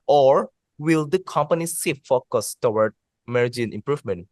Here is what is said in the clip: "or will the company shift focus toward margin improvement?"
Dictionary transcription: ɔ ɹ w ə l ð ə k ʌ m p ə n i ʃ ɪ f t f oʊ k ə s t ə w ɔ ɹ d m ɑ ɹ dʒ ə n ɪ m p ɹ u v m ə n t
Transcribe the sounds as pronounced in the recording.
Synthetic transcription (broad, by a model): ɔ ɹ w ə l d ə k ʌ m p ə n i s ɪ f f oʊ k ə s t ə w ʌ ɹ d m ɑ ɹ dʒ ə n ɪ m p ɹ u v m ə n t